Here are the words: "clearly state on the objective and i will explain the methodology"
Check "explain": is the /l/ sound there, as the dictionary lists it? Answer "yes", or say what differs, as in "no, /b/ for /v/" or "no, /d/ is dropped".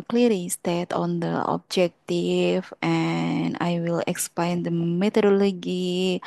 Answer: no, /l/ is dropped